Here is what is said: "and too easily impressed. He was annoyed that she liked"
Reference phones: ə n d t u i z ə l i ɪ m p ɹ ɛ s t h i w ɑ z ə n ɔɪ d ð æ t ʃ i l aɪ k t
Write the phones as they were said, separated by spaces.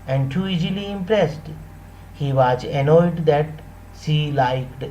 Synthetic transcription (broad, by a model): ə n d t u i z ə l i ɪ m p ɹ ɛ s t h i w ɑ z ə n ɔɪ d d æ t s i l aɪ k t